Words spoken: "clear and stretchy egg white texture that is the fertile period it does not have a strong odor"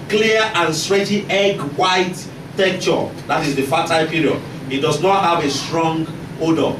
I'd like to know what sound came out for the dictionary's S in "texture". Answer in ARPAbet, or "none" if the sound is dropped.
none